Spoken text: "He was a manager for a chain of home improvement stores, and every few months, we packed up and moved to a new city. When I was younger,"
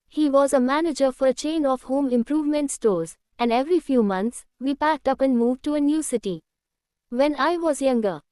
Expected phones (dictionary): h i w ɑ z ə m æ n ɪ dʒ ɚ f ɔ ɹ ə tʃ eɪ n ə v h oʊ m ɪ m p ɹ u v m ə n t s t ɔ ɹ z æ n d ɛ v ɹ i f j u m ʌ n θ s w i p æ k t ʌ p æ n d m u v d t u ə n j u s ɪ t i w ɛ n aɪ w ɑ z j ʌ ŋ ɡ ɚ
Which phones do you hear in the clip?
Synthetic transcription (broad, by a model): h i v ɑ z ə m æ n ɪ dʒ ɚ f ɔ ɹ ə tʃ eɪ n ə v h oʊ m ɪ m p ɹ u v m ə n t s t ɔ ɹ z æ n d ɛ v ɹ i f j u m ʌ n s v i p æ k t ʌ p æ n d m u v d t u ə n j u s ɪ t i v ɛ n aɪ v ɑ z j ʌ ŋ ɡ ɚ